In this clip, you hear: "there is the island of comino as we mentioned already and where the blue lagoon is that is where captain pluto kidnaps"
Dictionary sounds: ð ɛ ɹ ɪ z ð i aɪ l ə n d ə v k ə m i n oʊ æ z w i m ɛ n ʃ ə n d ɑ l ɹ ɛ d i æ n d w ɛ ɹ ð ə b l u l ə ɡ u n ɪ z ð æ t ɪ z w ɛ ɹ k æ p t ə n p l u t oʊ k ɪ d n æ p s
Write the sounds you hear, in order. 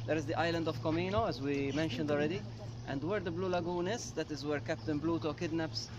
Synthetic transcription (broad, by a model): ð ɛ ɹ ɪ z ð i aɪ l ə n d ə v k ə m i n oʊ æ z w i m ɛ n ʃ ə n d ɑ l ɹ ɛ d i æ n d w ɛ ɹ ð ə b l u l ə ɡ u n ɪ z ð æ t ɪ z w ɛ ɹ k æ p t ə n b l u t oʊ k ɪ d n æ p s